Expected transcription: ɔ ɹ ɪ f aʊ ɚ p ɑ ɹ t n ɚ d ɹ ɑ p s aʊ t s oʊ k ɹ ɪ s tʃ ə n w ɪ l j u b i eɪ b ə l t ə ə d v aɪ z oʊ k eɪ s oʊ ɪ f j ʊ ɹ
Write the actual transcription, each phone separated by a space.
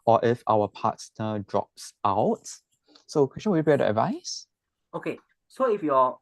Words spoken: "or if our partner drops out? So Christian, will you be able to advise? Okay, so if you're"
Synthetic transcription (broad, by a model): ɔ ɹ ɪ f aʊ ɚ p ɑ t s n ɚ d ɹ ɑ p s aʊ t s oʊ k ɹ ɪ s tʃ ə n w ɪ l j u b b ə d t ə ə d v aɪ s oʊ k eɪ s oʊ ɪ f j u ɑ